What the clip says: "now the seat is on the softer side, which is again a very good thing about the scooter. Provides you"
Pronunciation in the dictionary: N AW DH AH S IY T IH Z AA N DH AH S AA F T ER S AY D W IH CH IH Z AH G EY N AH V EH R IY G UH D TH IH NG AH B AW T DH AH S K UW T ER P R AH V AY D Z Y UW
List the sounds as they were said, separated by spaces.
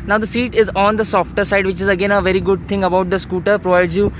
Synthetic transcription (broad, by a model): N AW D AH S IY T IH Z AA N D AH S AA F T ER S AY D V IH CH IH Z AH G EY N AH V EH R IY G UH D T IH NG AH B AW T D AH S K UW T ER P R AH V AY D Z Y UW